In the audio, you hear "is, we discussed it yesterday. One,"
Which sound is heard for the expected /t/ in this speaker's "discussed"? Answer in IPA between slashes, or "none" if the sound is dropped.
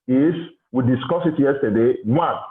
none